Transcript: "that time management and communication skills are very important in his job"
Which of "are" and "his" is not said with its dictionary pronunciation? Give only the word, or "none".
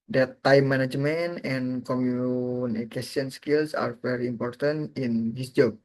his